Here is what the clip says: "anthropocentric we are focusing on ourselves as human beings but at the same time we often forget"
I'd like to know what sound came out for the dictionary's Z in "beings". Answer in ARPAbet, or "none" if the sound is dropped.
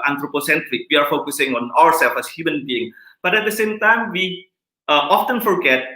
none